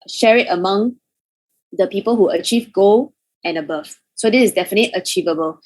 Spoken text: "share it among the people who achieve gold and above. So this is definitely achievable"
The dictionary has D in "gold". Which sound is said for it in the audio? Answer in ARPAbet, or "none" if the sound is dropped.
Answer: none